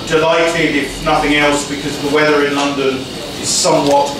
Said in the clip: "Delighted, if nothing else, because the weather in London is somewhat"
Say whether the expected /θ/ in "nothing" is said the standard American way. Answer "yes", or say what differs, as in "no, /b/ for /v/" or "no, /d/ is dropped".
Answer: yes